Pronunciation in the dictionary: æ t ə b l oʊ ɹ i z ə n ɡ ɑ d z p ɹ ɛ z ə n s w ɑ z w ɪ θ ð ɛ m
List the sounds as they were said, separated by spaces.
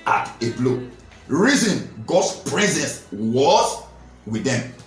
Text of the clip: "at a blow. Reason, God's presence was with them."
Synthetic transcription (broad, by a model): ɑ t ə b l oʊ ɹ i z ə n ɡ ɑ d s p ɹ ɛ z ə n s w ɑ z w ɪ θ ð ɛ m